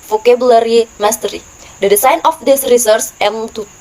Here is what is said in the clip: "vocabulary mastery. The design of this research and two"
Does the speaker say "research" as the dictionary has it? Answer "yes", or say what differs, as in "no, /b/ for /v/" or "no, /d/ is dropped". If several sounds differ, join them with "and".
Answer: no, /s/ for /tʃ/